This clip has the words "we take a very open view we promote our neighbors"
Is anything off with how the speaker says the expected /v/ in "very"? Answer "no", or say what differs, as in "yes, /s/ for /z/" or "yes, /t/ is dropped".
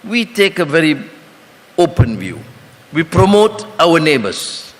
no